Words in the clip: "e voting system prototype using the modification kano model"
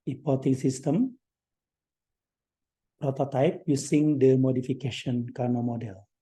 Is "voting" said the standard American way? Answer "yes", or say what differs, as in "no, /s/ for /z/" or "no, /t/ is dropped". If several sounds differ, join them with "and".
no, /p/ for /v/